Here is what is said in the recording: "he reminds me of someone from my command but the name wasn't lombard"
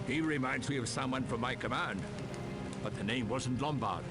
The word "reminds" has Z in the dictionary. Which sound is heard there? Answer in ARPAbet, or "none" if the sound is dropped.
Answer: Z